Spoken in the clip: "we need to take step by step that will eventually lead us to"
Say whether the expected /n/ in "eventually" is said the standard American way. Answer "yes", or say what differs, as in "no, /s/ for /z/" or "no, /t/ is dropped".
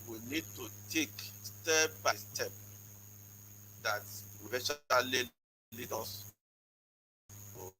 no, /n/ is dropped